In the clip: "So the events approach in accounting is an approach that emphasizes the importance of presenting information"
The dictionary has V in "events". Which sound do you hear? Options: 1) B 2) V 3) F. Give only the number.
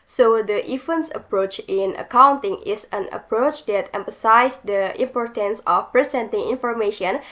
3